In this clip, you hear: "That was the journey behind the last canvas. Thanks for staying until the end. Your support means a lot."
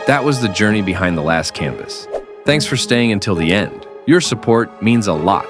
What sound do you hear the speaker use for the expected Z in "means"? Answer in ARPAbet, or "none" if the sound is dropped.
Z